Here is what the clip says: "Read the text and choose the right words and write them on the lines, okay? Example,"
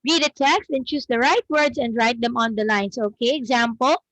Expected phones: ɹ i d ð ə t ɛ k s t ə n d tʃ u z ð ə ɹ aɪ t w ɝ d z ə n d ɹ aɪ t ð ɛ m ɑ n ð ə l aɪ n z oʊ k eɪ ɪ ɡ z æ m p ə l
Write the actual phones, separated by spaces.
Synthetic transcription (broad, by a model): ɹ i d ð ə t ɛ k s t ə n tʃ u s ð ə ɹ aɪ t w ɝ d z ə n d ɹ aɪ t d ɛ m ɑ n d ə l aɪ n s oʊ k eɪ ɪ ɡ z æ m p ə l